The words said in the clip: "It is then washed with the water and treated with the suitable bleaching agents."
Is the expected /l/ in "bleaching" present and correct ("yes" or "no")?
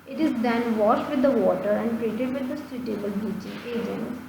no